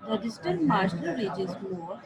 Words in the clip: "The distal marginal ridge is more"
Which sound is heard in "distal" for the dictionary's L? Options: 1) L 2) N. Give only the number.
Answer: 2